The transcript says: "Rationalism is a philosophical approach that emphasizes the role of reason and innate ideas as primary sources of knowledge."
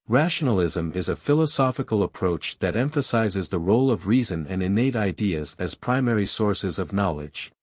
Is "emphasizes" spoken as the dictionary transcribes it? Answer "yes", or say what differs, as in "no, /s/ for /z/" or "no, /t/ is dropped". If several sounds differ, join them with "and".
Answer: yes